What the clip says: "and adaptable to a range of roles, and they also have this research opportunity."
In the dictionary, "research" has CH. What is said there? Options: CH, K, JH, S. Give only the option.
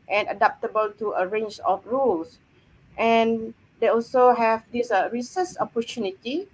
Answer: S